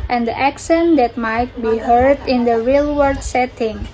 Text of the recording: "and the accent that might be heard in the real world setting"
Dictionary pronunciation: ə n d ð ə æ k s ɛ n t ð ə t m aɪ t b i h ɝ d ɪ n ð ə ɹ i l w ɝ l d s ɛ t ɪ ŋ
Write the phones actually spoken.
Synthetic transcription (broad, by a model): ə n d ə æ k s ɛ n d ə t m aɪ t b i h ɝ d ɪ n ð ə ɹ i l w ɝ d s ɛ t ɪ ŋ